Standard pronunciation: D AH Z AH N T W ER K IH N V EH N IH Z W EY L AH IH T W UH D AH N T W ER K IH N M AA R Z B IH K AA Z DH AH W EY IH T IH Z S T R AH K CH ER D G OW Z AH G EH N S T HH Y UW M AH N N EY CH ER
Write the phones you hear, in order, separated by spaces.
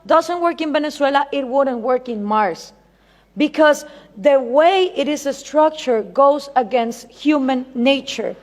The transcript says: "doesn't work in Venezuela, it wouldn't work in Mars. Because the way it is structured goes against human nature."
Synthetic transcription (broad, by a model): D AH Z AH N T W ER K IH N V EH N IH S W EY L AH IH T W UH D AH N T W ER K IH N M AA R S B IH K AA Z DH AH W EY IH T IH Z S T R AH K CH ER G OW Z AH G EH N S T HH Y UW M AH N N EY CH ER